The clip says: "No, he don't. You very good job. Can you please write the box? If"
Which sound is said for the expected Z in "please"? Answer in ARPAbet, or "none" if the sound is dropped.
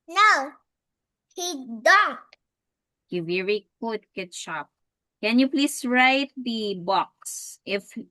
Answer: S